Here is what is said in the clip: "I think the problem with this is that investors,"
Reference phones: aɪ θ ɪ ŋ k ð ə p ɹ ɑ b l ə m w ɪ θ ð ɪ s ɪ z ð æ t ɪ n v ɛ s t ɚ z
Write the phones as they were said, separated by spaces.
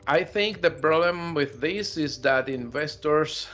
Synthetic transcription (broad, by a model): aɪ θ ɪ ŋ k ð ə p ɹ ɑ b l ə m w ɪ ð ɪ s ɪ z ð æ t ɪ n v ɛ s t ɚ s